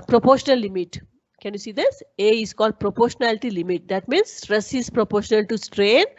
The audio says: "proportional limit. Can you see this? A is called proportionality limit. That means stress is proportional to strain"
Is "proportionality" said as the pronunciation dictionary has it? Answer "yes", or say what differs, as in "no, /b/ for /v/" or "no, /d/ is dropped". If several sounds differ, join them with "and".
yes